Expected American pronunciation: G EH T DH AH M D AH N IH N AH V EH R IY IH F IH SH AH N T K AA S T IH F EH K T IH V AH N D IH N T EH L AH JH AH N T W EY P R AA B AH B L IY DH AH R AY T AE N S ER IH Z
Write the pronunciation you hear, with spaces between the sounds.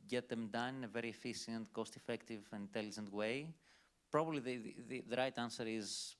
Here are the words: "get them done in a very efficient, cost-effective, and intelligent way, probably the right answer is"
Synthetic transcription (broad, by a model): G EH T DH AH M D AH N IH N AH V EH R IY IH F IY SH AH N T K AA S T IH F EH K T IH V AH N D IH N T EH L AH JH AH N T W EY P R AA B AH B L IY DH AH R AY T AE N S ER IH Z